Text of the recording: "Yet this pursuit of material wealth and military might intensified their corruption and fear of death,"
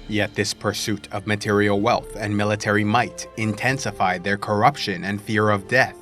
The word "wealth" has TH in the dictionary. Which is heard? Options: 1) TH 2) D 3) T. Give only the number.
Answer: 1